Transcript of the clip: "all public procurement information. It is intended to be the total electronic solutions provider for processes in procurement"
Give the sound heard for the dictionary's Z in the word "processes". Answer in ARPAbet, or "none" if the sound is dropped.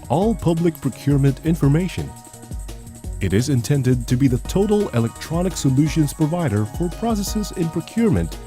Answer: Z